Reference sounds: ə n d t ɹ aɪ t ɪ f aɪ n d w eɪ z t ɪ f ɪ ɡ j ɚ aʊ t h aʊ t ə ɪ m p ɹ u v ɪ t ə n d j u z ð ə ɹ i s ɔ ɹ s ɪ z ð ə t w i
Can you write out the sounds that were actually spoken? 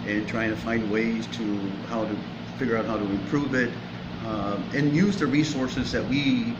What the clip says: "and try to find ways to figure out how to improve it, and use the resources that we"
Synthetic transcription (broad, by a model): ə n t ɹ aɪ t ɪ f aɪ n d w eɪ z t ɪ f ɪ ɡ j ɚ aʊ t h aʊ t ə ɪ m p ɹ u v ɪ t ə n j u z ð ə ɹ i s ɔ ɹ s ɪ z ð ə t w i